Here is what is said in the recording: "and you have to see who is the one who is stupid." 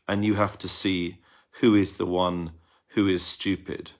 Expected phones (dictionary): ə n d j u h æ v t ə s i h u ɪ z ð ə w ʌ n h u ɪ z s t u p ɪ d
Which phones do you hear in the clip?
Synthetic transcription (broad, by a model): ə n j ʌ h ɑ f t ə s i h u ɪ z ð ə w ʌ n h u ɪ z s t u p ɪ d